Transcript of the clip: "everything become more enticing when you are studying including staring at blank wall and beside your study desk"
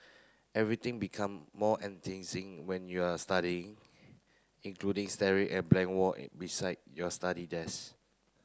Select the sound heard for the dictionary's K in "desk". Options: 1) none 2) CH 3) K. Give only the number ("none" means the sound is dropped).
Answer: 1